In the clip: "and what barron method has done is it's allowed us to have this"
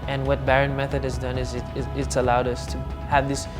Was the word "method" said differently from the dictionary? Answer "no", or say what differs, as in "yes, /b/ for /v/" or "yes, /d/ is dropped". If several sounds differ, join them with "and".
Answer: no